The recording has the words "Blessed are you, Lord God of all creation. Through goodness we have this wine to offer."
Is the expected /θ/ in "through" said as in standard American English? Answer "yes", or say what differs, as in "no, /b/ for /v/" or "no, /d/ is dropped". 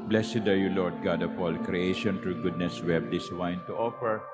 no, /t/ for /θ/